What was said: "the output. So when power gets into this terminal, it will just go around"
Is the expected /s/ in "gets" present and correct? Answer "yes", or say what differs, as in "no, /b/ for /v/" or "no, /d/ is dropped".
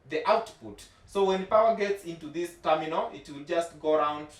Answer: yes